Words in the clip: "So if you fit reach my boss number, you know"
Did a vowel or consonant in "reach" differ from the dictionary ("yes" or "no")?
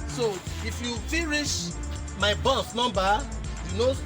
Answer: yes